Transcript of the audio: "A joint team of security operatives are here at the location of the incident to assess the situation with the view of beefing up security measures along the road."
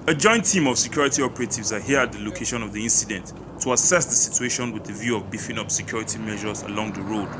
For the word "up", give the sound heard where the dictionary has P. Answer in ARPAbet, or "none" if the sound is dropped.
P